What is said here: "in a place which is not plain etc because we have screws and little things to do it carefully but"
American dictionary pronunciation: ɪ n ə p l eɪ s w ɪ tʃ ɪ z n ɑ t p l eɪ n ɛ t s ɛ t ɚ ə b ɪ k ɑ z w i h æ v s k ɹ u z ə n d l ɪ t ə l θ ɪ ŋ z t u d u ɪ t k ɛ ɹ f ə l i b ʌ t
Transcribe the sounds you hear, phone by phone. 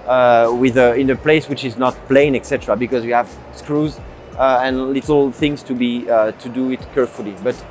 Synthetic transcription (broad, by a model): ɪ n ə p l eɪ s w ɪ tʃ ɪ z n ɑ t p l eɪ n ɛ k s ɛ t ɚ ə b ɪ k ɑ z w i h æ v s k ɹ u z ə n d l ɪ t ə l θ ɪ ŋ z t u d u ɪ t k ɛ ɹ f ə l i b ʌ t